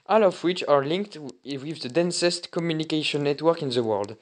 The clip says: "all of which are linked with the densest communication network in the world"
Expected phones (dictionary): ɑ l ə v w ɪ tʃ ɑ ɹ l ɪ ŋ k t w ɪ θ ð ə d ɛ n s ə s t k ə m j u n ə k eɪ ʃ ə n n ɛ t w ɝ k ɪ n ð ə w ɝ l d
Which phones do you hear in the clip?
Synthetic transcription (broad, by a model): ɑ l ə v w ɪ tʃ ɑ ɹ l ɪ ŋ k t w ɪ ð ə d ɛ n s ə s t k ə m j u n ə k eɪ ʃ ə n n ɛ t w ɝ k ɪ n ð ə w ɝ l d